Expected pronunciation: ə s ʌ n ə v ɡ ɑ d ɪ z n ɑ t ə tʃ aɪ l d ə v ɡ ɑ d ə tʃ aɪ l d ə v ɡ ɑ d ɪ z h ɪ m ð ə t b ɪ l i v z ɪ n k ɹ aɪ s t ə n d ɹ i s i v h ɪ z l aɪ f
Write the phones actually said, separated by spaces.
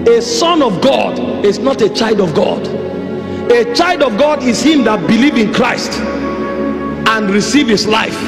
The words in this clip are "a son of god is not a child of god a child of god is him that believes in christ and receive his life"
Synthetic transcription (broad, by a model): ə s ʌ n ə v ɡ ɑ d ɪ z n ɑ t ə tʃ aɪ l d ə v ɡ ɑ d ə tʃ aɪ l d ə v ɡ ɑ d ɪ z h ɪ m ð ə t b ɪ l i v ɪ n k ɹ aɪ s t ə n ɹ i s i v h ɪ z l aɪ f